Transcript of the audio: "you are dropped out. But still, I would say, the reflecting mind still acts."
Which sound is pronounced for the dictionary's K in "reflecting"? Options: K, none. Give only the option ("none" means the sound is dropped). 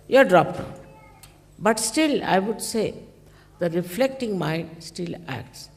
K